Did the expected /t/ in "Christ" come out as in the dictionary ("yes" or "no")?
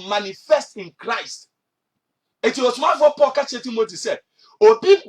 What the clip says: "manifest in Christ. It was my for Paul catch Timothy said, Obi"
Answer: yes